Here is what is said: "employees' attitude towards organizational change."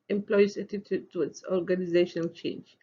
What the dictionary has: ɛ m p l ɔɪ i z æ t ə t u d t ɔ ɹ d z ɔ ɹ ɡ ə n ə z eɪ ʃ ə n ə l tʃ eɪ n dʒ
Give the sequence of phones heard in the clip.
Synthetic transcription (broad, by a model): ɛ m p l ɔɪ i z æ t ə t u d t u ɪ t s ɔ ɹ ɡ ə n ə z eɪ ʃ ə n ə l tʃ eɪ n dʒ